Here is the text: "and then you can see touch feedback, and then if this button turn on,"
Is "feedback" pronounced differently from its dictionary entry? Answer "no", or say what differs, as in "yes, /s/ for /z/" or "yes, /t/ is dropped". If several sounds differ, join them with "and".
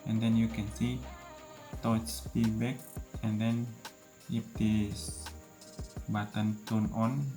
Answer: yes, /p/ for /f/